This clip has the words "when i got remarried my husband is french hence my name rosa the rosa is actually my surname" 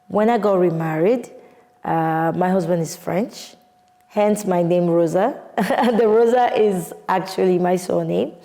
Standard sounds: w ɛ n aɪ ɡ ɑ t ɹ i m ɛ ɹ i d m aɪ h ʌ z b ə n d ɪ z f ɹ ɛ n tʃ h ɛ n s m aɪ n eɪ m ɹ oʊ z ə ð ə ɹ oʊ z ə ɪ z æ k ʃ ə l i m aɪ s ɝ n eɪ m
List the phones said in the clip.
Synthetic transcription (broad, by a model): w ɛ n aɪ ɡ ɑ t ɹ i m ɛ ɹ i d m aɪ h ʌ z b ə n d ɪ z f ɹ ɛ n tʃ h ɛ n s m aɪ n eɪ m ɹ oʊ z ə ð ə ɹ oʊ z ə ɪ z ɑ k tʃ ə l i m aɪ s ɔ n eɪ m